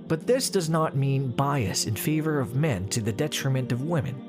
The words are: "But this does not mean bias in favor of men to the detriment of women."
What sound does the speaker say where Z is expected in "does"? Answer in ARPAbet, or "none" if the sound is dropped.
Z